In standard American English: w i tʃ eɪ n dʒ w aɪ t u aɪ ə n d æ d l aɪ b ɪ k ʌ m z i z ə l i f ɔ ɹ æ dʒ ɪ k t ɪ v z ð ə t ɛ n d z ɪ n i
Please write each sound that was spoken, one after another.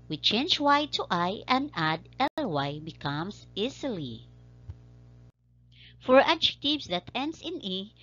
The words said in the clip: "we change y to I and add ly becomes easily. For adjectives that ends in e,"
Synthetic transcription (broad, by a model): w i tʃ eɪ n dʒ w aɪ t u aɪ ə n d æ d l aɪ b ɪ k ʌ m s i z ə l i f ɔ ɹ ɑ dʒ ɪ k t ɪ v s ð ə t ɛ n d s ɪ n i